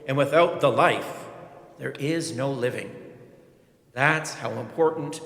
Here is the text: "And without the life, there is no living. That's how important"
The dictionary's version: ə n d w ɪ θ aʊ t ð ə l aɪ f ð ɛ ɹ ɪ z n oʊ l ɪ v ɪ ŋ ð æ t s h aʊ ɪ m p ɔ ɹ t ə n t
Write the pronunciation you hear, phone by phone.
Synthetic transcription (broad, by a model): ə n w ɪ θ aʊ t ð ə l aɪ f ð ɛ ɹ ɪ z n oʊ l ɪ v ɪ ŋ ð æ t s h aʊ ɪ m p ɔ ɹ t n t